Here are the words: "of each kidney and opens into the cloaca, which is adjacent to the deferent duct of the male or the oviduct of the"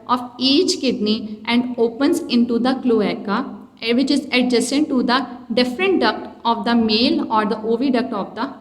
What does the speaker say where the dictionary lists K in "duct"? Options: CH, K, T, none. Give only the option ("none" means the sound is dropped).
K